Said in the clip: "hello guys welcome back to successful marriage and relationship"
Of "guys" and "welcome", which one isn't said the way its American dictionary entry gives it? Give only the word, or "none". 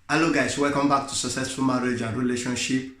guys